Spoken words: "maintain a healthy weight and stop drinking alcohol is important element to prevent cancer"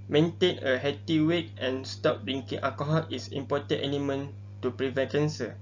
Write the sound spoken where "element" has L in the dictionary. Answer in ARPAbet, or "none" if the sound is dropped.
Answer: N